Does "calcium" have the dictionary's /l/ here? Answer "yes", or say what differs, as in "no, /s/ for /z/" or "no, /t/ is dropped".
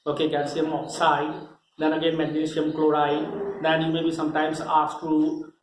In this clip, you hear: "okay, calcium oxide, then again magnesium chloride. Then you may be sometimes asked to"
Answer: no, /n/ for /l/